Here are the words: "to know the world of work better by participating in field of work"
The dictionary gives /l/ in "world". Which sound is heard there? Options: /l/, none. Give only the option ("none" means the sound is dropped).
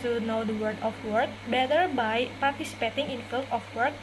none